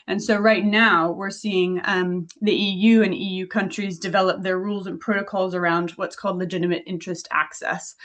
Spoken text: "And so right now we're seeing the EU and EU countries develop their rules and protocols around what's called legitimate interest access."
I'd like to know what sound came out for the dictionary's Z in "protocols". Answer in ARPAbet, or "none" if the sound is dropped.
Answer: Z